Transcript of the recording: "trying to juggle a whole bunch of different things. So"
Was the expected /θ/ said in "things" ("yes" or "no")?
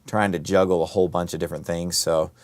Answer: yes